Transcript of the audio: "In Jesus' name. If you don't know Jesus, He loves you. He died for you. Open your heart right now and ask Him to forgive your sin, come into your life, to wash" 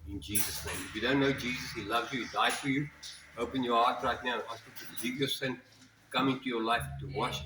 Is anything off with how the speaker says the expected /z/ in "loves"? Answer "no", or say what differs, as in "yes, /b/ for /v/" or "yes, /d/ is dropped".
no